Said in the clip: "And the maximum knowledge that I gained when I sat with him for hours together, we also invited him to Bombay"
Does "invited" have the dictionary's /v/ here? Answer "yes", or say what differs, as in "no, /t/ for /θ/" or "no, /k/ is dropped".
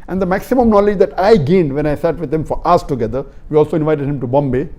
yes